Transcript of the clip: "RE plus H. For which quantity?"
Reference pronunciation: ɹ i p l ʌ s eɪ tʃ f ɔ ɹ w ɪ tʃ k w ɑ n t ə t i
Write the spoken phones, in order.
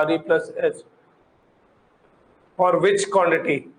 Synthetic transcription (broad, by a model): ɹ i p l ʌ s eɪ s f ɔ ɹ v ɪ tʃ k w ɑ n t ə t i